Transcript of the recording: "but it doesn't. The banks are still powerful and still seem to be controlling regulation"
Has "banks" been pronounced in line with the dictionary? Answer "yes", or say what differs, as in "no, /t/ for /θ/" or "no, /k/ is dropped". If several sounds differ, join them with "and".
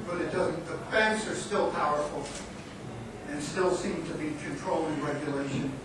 no, /ŋ/ is dropped